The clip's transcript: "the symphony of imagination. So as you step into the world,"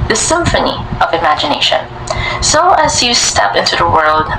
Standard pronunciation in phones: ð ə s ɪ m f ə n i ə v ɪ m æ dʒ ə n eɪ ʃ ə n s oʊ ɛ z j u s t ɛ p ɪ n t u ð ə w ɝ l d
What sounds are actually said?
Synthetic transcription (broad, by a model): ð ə s ɪ m f ə n i ə v ɪ m æ dʒ ə n eɪ ʃ ə n s oʊ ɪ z j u s t ɛ p ɪ n t u ð ə w ɝ l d